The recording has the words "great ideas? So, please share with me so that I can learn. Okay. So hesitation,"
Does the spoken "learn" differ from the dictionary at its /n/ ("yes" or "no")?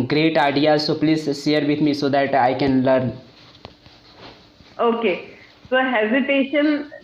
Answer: no